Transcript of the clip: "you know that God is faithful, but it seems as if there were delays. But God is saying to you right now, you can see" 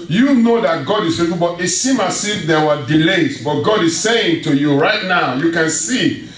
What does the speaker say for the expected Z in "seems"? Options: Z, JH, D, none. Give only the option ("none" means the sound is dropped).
none